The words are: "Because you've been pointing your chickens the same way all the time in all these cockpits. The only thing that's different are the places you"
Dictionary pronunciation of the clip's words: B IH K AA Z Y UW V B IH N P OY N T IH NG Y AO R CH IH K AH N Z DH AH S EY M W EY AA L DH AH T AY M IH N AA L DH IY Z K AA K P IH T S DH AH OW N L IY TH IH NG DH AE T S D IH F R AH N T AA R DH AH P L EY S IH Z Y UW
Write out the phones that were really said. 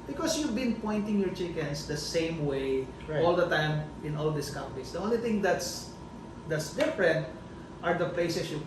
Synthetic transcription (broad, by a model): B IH K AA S Y UW V B IH N P OY N T IH NG Y AO R CH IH K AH N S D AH S EY M W EY AA L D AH T AY M IH N AA L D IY S K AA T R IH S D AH OW N L IY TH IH NG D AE T S D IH F R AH N T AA R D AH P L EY S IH S Y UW